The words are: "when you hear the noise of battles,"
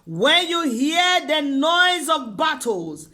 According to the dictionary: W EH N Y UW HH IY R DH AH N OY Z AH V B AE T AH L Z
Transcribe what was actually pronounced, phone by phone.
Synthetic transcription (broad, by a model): W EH N Y UW HH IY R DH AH N OY Z AH V B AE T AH L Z